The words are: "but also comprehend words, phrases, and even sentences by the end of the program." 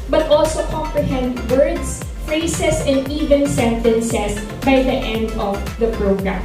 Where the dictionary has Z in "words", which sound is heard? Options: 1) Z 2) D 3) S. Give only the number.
3